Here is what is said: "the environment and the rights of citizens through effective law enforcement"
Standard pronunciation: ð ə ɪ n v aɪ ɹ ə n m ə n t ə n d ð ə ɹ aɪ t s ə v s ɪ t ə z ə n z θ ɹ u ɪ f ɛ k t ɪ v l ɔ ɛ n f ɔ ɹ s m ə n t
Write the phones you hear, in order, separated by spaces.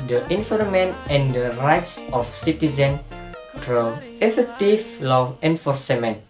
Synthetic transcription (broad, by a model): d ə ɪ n f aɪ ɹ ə m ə n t ə n d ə ɹ aɪ t s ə f s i t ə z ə n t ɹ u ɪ f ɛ k t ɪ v l ɔ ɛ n f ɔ ɹ s m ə n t